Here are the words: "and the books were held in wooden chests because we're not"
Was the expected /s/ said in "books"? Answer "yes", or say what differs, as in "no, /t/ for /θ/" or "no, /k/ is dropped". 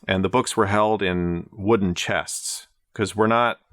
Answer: yes